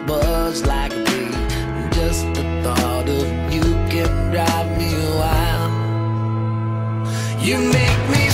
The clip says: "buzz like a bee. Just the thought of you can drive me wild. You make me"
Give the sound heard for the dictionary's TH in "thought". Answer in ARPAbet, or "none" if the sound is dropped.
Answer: TH